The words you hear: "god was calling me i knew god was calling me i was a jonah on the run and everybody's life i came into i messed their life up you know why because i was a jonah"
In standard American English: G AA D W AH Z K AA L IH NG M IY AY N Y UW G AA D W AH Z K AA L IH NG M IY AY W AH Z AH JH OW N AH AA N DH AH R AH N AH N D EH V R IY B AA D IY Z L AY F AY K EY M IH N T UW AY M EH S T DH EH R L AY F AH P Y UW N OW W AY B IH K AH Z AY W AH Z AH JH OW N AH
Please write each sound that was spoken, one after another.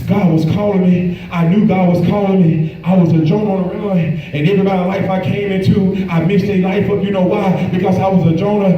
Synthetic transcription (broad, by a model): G AA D W AH Z K AA L IH NG M IY AY N Y UW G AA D W AH Z K AA L IH NG M IY AY W AH Z AH JH OW N AH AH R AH L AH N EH V R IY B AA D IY L AY F AY K EY M IH N T UW AY M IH S T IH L AY F AH P Y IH N OW W AY B IH K AH Z AY W AH Z AH JH OW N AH